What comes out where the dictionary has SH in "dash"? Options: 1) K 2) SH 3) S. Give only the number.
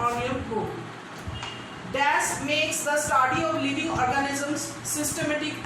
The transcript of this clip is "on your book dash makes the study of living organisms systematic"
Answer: 3